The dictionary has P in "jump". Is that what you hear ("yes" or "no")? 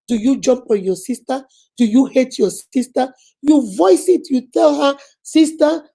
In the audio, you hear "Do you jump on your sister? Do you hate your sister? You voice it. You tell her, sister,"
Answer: yes